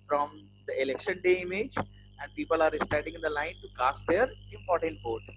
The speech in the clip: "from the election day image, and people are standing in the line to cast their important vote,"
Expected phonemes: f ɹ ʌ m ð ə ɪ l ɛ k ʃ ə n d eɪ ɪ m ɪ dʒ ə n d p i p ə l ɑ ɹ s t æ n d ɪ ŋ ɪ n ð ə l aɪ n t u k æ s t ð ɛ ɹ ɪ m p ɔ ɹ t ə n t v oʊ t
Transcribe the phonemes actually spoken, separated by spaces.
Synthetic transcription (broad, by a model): f ɹ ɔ m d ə ɪ l ɛ k ʃ ə n d eɪ ɪ m ɪ dʒ ə n d p i p ə l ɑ ɹ s t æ d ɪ ŋ ɪ n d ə l aɪ n t u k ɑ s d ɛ ɹ ɪ m p ɔ ɹ t ə n t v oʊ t